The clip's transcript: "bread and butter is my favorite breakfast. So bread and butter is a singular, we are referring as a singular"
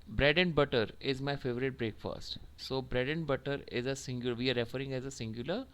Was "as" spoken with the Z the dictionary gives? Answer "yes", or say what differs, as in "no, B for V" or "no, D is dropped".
yes